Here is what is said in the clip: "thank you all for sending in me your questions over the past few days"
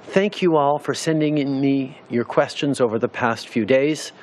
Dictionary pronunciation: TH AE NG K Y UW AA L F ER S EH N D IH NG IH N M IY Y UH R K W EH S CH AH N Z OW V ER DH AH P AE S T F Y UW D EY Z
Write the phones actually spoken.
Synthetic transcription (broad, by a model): TH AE NG K Y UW AA L F ER S EH N D IH NG IH N M IY Y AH R K W EH S CH AH N Z OW V ER DH AH P AE S T F Y UW D EY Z